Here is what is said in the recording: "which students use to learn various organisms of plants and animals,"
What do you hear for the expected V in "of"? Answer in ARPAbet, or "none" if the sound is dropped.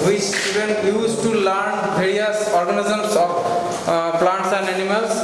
P